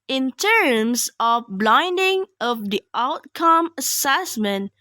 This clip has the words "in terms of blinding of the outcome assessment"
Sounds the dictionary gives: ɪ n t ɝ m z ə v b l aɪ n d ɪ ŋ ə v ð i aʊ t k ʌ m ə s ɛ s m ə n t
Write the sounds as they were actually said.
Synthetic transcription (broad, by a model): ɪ n t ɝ m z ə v b l aɪ n d ɪ ŋ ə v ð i aʊ t k ʌ m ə s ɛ s m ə n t